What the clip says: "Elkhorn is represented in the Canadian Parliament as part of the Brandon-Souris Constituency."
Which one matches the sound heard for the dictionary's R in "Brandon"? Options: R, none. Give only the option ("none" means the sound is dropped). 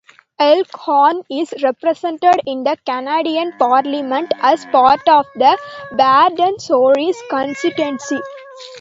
none